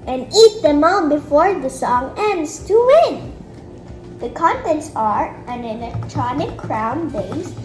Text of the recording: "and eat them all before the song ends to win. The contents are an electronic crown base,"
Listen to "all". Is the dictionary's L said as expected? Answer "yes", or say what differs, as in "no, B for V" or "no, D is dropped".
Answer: no, N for L